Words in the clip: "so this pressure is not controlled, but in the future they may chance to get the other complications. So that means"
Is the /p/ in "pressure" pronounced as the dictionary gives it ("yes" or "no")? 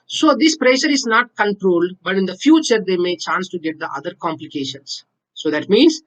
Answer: yes